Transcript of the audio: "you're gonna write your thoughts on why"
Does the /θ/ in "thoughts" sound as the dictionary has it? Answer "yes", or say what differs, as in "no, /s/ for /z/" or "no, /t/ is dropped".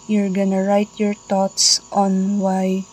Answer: no, /t/ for /θ/